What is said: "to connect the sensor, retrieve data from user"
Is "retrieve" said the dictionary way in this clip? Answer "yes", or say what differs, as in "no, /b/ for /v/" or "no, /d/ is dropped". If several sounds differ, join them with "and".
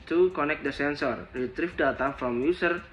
no, /f/ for /v/